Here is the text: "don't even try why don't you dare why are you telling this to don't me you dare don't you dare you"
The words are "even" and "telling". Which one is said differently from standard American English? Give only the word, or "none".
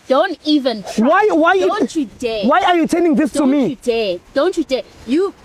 telling